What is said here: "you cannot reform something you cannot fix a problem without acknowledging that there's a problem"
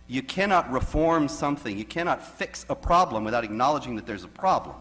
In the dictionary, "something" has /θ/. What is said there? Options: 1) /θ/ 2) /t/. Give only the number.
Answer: 1